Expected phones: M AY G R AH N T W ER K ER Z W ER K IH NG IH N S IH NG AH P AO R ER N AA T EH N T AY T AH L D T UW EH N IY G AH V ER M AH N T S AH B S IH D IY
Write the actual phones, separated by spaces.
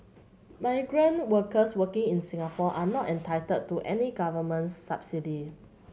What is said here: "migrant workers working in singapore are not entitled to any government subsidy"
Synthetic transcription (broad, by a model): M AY G R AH N W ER K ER S W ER K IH NG IH N S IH NG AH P AO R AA N AA T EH N T AY T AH D T UW EH N IY G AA V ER M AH N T S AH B S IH D IY